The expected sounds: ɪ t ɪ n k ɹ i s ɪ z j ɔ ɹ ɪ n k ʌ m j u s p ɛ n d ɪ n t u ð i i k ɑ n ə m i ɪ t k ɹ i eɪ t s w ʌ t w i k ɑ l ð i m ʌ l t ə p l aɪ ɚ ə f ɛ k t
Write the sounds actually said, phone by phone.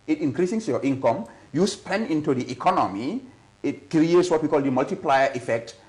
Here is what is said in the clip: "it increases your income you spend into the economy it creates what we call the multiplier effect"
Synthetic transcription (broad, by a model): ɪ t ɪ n k ɹ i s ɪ s j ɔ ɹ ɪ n k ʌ m j u s p ɛ n d ɪ n t u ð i i k ɑ n ə m i ɪ t k ɹ i eɪ t s w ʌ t w i k ɑ l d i m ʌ l t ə p l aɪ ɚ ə f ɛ k t